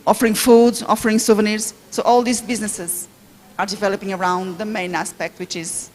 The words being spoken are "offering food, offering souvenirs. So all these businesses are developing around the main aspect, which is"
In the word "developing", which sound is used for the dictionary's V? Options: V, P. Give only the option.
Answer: V